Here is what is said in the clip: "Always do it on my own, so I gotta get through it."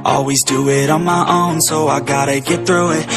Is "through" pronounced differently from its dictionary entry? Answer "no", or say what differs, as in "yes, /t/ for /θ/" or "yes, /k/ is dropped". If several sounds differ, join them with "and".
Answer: no